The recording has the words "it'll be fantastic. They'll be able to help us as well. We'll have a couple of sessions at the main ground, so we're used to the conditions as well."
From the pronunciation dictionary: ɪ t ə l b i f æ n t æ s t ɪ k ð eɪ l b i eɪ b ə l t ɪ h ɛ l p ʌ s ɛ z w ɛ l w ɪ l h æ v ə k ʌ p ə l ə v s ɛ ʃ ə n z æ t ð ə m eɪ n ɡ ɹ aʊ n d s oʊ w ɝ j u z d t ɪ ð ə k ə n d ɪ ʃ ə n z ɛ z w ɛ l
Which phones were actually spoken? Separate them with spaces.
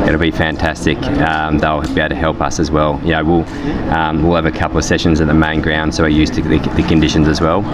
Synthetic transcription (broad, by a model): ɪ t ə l b i f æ n t æ s t ɪ k ð eɪ l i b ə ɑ t ɪ h ɛ l p ʌ s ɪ z w ɛ l w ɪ l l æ v ə k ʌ p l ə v s ɛ ʃ ə n z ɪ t ð ə m eɪ n ɡ ɹ aʊ n d s oʊ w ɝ j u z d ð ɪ ð ə k ə n d ɪ ʃ ə n z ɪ z w ɛ l